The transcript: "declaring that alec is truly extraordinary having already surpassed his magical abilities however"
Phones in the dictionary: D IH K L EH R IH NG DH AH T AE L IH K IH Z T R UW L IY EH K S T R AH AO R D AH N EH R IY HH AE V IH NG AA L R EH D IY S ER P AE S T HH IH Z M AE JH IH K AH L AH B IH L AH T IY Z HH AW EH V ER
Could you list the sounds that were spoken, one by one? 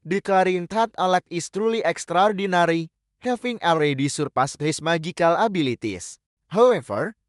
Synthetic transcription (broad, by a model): D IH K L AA R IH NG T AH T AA L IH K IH S T R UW L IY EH K S T R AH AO R D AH N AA R IY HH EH F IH NG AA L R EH D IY S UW P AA S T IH S M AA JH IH K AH L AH B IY L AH T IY S HH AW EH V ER